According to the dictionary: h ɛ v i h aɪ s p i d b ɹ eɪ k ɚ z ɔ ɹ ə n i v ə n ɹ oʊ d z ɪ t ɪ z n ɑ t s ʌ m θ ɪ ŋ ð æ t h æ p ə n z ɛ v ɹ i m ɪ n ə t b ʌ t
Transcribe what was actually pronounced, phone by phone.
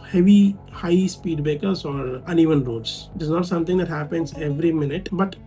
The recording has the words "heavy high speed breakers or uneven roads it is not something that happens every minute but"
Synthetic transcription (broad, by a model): h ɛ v i h aɪ s p i d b eɪ k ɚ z ɔ ɹ ə n i v ə n ɹ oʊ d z ɪ t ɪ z n ɑ t s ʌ m t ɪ ŋ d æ t h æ p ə n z ɛ v ɹ i m ɪ n ə t b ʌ t